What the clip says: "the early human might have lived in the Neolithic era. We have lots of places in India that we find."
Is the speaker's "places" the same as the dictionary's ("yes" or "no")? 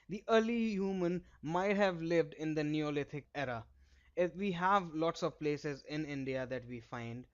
yes